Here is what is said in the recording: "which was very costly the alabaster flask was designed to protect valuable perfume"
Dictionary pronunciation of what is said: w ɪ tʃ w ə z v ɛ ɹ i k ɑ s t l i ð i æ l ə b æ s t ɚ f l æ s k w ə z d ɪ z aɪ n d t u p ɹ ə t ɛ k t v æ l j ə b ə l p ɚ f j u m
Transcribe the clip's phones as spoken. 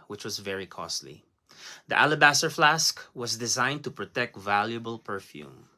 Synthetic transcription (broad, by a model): w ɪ tʃ w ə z v ɛ ɹ i k ɑ s t l i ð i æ l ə b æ s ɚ f l æ s k w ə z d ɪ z aɪ n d t u p ɹ ə t ɛ k t v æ l j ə b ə l p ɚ f j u m